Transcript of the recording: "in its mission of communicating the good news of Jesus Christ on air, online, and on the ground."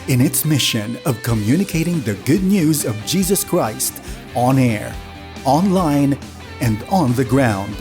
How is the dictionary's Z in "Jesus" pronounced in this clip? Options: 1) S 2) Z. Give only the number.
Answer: 2